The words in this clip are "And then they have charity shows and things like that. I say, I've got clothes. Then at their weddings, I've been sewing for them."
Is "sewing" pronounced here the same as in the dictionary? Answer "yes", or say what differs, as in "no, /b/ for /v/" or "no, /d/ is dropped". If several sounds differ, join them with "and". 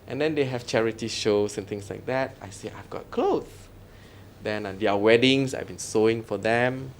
yes